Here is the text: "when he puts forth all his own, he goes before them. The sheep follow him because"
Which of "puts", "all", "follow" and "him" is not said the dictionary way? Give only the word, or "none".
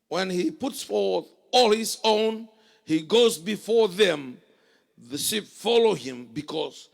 none